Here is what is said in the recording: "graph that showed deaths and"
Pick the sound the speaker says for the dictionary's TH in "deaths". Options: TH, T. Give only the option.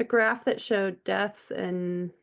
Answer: TH